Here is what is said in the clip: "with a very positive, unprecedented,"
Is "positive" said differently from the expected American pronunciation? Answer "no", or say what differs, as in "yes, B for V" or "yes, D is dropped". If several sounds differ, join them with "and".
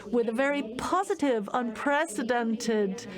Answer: no